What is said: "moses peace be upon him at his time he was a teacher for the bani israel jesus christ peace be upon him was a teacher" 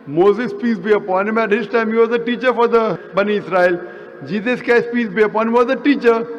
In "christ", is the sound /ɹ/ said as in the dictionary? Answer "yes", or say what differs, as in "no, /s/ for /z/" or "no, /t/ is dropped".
no, /ɹ/ is dropped